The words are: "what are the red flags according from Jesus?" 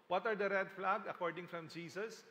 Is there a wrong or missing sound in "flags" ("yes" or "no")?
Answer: yes